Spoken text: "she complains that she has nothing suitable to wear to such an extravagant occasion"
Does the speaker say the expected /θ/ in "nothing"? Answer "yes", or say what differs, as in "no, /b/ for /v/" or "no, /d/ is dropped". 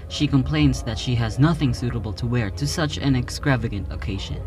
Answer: yes